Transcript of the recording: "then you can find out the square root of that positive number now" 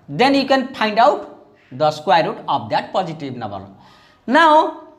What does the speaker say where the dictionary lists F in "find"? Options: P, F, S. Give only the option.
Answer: P